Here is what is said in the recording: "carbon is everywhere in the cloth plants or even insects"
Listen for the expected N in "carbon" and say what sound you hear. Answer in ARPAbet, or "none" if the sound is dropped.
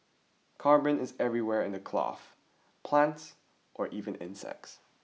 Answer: N